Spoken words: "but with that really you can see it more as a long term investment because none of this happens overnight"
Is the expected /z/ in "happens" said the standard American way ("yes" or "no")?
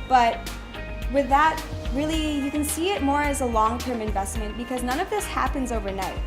yes